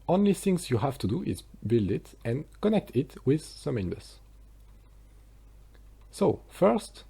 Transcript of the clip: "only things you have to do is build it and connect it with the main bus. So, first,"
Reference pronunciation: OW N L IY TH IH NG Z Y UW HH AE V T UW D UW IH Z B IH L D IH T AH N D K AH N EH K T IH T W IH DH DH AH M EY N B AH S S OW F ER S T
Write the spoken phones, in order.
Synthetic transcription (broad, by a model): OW N L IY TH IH NG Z Y UW HH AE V T UW D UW IH Z B IH L D IH T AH N K AH N EH K T IH T W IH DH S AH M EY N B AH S S OW F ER S T